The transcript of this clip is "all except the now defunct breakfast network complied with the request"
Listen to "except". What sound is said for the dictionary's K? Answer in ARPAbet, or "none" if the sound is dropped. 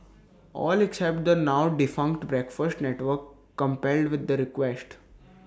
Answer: K